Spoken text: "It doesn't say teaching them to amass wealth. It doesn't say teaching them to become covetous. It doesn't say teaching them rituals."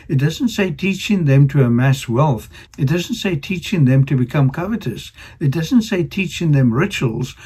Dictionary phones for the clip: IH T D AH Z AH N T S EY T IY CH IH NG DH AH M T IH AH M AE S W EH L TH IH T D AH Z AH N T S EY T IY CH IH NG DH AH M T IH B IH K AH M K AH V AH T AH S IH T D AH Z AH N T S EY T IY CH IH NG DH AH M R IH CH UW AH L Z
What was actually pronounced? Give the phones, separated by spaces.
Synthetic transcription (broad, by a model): IH T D AH Z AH N T S EY T IY CH IH NG DH AH M T IH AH M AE S W EH L TH IH T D AH Z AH N T S EY T IY CH IH NG DH AH M T IH B IH K AH M K AH V AH T AH S IH T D AH Z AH N T S EY T IY CH IH NG DH AH M R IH CH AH L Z